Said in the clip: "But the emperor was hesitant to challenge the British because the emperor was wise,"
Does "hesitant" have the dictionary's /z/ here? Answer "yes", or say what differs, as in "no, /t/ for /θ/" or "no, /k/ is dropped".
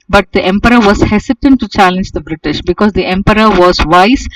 no, /s/ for /z/